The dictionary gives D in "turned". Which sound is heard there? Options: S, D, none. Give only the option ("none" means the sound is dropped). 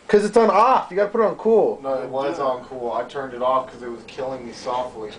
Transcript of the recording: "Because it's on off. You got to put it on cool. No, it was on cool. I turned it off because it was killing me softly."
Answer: D